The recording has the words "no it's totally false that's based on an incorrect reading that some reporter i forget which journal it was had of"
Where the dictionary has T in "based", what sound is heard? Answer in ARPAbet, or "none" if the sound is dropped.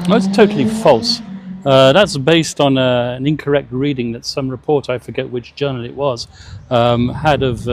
T